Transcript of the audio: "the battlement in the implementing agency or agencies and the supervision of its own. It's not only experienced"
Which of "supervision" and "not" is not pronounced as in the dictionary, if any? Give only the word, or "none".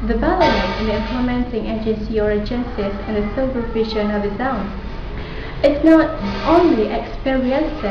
supervision